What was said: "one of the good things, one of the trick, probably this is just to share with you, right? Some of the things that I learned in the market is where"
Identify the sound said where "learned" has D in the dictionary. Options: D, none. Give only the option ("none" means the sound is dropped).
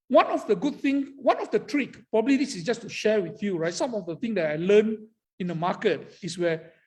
none